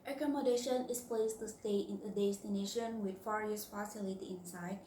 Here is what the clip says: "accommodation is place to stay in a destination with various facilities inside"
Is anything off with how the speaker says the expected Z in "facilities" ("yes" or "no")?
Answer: yes